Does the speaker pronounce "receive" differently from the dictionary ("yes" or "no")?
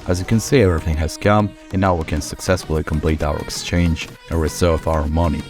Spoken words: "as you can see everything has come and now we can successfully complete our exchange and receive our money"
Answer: yes